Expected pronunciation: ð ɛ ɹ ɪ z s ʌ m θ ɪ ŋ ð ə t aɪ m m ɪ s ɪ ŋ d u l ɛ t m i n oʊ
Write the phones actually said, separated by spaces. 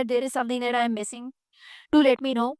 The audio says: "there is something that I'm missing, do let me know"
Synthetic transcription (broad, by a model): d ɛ ɹ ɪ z s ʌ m t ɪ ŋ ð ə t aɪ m m ɪ s ɪ ŋ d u l ɛ t m i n oʊ